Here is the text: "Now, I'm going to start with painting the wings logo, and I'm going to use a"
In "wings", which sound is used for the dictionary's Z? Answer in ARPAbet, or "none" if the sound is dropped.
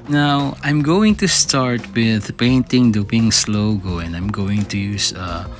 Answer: S